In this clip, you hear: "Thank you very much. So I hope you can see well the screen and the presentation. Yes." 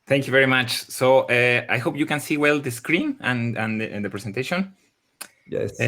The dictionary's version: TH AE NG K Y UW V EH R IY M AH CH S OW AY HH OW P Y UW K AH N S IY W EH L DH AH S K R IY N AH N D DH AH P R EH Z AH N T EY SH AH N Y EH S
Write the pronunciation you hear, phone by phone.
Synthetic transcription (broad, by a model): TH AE NG K Y UW V EH R IY M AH CH S OW AY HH OW P Y UW K AH N S IY W EH L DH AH S K R IY N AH N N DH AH P R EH S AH N T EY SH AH N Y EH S